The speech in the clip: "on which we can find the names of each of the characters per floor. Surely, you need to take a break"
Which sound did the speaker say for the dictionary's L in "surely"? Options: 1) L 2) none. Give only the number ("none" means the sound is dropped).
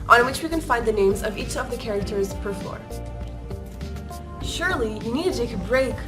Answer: 1